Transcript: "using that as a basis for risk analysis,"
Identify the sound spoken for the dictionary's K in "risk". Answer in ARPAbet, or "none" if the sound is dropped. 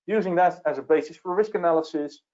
K